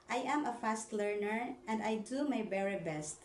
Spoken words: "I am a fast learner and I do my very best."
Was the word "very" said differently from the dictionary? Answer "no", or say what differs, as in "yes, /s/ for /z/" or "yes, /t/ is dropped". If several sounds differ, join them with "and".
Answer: yes, /b/ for /v/